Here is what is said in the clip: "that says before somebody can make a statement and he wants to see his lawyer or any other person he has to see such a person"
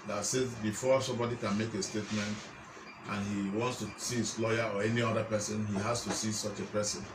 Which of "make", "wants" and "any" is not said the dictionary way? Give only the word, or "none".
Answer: none